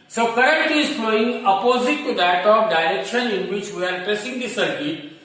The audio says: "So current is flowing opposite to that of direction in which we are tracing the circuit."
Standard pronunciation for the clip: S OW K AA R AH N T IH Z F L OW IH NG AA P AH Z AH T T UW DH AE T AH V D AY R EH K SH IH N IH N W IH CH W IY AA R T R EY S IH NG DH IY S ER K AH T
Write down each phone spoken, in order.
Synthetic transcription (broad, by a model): S OW K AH R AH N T IH Z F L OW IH NG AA P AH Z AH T T UW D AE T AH P D AY R EH K SH IH N IH N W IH CH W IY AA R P R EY S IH NG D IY S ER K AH